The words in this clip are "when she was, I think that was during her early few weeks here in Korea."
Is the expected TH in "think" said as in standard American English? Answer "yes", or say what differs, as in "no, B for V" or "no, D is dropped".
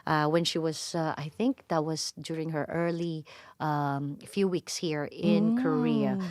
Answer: yes